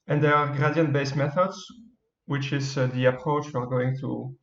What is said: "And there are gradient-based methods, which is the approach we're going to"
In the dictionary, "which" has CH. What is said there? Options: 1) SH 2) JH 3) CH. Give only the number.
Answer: 3